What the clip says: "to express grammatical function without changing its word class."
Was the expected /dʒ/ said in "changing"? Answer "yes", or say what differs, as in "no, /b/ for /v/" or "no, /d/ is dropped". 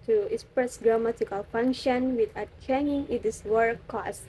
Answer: no, /dʒ/ is dropped